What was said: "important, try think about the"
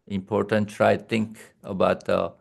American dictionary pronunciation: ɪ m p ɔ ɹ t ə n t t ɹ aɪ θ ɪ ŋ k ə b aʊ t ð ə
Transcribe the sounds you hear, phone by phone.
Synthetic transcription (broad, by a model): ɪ m p ɔ ɹ t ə n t t ɹ aɪ t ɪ ŋ k ə b aʊ t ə